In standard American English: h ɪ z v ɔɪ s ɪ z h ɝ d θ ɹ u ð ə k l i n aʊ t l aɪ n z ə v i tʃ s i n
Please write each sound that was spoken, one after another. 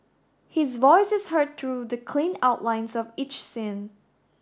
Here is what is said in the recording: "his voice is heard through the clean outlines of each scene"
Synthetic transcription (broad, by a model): h ɪ z v ɔɪ s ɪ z h ɝ d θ ɹ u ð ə k l i n aʊ t l aɪ n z ə v i tʃ s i n